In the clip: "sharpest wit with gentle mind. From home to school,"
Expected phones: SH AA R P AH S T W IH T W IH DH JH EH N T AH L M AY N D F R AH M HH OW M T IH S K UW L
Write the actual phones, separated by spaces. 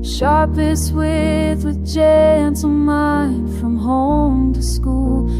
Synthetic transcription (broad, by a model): SH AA R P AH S W IH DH W IH DH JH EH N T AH N M AY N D F R AH M HH OW M T IH S K UW L